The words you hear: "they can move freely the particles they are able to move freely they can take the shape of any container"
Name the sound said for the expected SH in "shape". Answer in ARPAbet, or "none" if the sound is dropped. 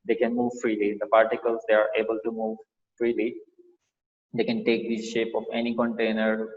SH